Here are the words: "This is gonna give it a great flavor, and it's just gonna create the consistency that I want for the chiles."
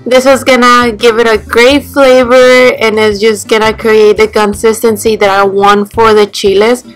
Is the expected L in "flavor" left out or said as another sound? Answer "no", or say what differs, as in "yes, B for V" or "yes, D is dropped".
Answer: no